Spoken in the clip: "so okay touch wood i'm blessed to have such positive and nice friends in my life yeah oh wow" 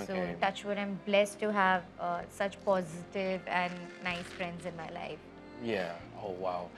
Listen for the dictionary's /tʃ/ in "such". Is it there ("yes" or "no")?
yes